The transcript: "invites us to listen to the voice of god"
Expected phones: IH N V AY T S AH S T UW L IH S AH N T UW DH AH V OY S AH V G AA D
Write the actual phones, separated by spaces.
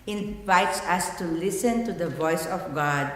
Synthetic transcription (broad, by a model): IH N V AY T S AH S T UW L IH S AH N T UW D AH V OY S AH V G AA D